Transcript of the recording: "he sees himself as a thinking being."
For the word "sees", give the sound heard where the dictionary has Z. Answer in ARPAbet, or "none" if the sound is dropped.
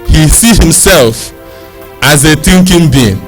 none